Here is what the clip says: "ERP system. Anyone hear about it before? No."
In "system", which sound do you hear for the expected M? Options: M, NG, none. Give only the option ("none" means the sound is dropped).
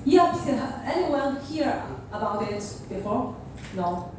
none